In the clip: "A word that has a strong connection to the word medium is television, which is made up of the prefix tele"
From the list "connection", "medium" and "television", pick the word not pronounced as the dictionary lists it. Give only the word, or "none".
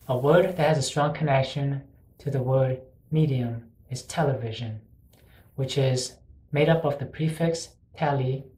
none